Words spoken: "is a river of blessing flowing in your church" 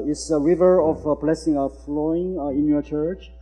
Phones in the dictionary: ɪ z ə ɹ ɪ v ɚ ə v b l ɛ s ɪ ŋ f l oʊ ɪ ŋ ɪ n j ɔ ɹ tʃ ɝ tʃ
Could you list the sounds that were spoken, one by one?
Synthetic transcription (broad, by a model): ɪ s ə ɹ ɪ v ɚ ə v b l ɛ s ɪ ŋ f l oʊ ɪ ŋ ɪ n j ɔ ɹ tʃ ɝ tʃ